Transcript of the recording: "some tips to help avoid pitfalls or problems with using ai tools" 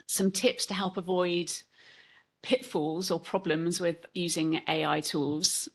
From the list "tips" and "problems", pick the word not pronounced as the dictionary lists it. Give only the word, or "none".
none